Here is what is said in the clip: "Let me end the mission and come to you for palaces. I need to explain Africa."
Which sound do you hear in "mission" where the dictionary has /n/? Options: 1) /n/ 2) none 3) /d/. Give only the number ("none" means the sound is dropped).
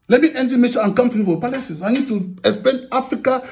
2